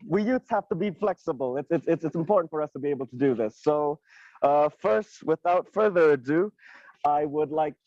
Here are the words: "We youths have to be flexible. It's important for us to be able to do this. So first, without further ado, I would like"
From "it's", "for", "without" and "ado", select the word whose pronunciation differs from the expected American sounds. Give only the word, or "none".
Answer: none